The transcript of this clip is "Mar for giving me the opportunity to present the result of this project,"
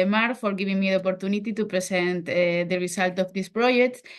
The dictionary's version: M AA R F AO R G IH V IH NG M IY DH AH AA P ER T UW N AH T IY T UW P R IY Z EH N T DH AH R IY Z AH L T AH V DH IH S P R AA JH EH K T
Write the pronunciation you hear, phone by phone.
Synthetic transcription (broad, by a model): M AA R F AO R G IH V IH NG M IY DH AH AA P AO T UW N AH T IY T UW P R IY S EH N T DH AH R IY S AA L T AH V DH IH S P R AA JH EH K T